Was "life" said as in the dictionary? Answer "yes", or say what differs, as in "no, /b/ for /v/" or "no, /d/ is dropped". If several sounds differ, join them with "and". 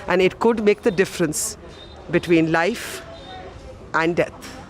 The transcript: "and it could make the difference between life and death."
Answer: yes